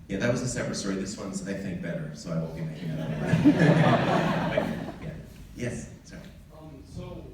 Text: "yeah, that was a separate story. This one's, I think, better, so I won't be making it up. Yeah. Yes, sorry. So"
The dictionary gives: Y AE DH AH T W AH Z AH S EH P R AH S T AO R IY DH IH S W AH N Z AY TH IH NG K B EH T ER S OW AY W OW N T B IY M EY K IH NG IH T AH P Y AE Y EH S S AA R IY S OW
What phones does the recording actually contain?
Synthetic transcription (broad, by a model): Y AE DH AH T W AH Z AH S EH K R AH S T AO R IY DH IH S W AH N Z AY TH IH NG K B EH T ER S OW AY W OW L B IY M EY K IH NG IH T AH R Y AE Y EH S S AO IY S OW